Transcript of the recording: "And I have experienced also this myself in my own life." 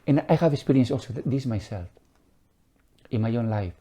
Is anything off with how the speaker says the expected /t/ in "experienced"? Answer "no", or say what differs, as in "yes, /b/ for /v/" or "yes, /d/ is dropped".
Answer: yes, /t/ is dropped